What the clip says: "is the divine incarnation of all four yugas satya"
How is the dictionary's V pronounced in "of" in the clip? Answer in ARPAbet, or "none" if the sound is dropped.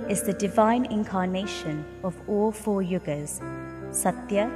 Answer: V